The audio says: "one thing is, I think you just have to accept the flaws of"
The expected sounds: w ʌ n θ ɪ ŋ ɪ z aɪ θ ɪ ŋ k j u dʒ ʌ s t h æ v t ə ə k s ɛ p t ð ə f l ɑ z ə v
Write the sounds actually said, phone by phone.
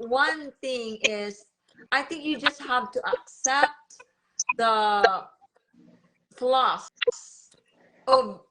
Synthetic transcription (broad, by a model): w ʌ n θ ɪ ŋ ɪ z aɪ θ ɪ ŋ k j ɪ dʒ ʌ s t h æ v t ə ə k s ɛ p t ð ə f l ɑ s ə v